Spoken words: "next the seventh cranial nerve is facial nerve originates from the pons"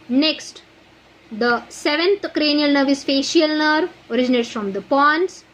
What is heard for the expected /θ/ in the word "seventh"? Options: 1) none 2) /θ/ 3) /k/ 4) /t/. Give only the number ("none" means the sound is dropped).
4